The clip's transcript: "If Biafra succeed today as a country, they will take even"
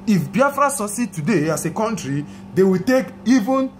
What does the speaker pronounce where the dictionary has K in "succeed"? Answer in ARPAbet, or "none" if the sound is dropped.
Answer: none